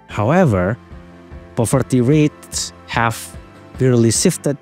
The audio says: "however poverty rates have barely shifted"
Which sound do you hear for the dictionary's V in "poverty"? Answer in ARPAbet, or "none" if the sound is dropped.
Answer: F